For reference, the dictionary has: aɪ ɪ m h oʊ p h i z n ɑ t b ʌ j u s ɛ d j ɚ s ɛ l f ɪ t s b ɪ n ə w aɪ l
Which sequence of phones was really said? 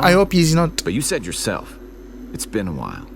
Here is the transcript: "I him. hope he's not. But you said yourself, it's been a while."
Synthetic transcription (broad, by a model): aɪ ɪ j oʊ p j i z n ɑ t b ʌ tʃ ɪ s ɛ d j ɚ s ɛ l f ɪ t s b ɪ n ə w aɪ l